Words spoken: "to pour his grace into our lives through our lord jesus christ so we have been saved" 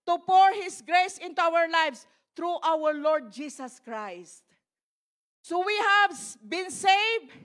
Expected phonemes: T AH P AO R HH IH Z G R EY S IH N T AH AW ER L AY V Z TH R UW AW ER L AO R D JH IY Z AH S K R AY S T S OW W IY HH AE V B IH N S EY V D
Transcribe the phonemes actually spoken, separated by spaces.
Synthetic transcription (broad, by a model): T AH P AO R HH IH S G R EY S IH N T AH AW ER L AY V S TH R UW AW ER L AO R D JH IY S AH S K R AY S T S OW W IY HH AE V B IH N S EY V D